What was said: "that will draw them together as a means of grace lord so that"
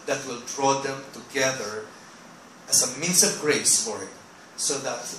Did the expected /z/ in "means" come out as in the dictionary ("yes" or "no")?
no